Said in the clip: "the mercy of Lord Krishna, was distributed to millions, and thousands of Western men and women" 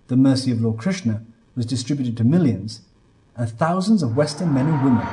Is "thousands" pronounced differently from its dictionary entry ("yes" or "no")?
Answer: no